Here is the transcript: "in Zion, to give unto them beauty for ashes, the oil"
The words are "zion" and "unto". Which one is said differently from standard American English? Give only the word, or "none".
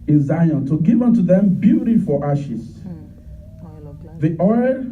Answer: none